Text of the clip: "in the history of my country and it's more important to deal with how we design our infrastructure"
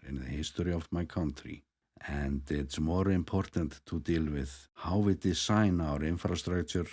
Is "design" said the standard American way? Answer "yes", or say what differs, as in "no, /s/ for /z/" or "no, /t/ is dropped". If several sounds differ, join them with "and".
no, /s/ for /z/